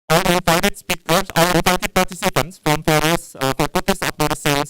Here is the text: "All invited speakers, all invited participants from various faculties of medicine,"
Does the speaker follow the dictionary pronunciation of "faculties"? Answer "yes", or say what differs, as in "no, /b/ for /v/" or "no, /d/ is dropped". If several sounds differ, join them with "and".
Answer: no, /l/ is dropped and /s/ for /z/